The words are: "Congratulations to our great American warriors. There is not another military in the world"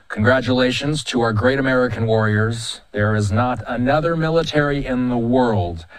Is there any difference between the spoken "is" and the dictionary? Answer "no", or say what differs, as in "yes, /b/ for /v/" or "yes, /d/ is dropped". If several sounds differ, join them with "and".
no